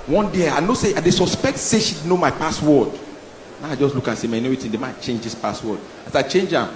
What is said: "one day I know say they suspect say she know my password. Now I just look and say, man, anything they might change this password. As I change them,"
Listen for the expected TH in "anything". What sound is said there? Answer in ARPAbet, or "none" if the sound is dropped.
T